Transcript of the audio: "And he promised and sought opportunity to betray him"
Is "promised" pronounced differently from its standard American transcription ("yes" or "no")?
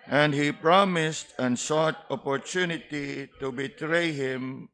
no